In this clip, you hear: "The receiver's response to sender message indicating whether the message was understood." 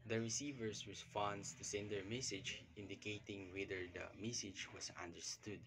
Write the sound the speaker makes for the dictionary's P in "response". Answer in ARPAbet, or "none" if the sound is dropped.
F